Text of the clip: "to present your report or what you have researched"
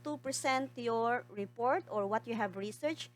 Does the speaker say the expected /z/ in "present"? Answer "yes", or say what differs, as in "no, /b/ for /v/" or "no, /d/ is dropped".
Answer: no, /s/ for /z/